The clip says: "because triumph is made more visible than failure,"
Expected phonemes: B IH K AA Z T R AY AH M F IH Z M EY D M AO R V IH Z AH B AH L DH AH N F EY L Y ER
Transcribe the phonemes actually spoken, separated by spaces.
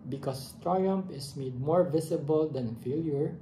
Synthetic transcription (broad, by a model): B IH K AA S T R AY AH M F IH S M EY D M AO R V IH S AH B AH L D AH N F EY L Y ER